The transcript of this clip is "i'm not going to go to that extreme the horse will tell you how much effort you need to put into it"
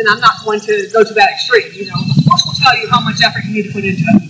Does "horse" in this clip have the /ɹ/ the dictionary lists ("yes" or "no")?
no